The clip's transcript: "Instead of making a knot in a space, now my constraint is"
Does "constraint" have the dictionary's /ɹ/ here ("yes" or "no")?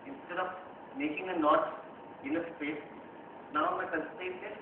no